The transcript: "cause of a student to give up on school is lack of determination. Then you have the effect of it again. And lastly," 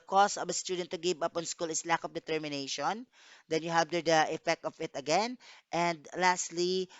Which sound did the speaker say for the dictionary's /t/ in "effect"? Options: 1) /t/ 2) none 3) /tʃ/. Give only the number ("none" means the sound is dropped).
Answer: 1